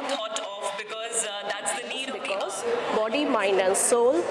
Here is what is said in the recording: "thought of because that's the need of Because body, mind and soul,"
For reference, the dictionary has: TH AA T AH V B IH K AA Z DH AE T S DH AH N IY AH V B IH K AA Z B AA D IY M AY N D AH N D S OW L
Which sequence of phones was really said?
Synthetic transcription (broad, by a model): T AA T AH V B IH K AA Z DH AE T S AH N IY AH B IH K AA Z B AA D IY M AY N AH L S OW L